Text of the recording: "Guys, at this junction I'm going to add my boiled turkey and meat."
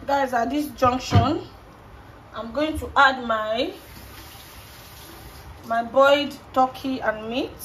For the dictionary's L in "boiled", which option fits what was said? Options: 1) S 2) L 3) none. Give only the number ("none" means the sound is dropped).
3